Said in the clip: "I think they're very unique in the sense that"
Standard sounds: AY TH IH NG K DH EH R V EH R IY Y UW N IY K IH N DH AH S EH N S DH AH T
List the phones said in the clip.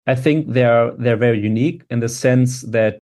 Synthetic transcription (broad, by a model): AY TH IH NG K DH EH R V EH R IY Y UW N IY K IH N DH AH S EH N S DH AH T